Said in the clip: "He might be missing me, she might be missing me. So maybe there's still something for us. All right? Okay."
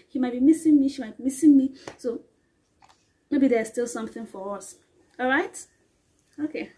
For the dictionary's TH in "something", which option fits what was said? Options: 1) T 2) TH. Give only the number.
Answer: 2